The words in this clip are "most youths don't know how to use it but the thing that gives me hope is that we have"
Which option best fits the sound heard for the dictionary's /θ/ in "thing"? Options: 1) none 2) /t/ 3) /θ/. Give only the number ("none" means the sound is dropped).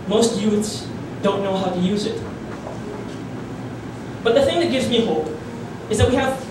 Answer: 3